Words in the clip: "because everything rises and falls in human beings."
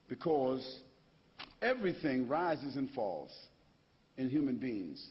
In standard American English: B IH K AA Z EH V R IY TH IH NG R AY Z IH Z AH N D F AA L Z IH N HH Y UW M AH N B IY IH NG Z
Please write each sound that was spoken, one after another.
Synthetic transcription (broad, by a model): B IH K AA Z EH V R IY TH IH NG R AY Z IH Z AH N F AA L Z IH N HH Y UW M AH N B IY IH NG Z